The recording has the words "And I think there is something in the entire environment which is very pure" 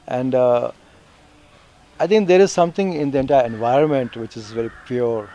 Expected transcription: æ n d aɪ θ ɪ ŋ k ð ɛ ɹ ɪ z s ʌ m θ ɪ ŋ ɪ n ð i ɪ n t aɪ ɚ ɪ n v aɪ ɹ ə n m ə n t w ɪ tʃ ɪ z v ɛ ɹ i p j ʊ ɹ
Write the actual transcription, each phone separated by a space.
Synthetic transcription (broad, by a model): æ n d aɪ t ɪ ŋ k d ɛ ɹ ɪ z s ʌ m t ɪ ŋ ɪ n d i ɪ n t aɪ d ɪ n v aɪ ɹ ə n m ə n t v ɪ tʃ ɪ z v ɛ ɹ i p j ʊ ɹ